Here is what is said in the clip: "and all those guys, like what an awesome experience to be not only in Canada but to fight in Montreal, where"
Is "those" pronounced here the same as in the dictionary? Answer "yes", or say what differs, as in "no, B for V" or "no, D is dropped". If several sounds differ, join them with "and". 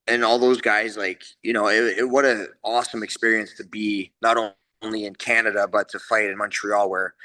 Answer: yes